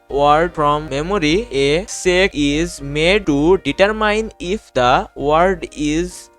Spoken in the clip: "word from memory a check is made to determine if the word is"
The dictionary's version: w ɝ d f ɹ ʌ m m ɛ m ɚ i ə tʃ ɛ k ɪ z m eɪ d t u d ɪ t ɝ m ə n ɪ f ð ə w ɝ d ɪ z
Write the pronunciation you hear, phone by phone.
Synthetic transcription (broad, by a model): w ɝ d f ɹ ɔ m m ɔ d i ə s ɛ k ɪ z m eɪ d t u d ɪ t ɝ m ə n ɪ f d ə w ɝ d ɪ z